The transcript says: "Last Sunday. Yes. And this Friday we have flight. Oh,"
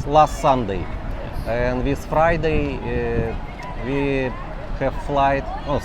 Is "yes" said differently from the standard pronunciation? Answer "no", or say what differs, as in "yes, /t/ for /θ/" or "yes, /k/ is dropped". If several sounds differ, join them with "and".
yes, /s/ is dropped